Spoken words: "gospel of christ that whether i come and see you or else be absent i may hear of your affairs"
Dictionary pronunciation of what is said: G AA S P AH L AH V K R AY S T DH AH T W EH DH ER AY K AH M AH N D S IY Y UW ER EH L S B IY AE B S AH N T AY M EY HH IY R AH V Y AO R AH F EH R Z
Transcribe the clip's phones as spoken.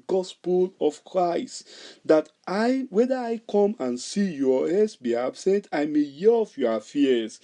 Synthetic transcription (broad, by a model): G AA S P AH L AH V K R AY S T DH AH T W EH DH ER AY K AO M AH N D S IY Y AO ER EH S B IY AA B S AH N T AY M EY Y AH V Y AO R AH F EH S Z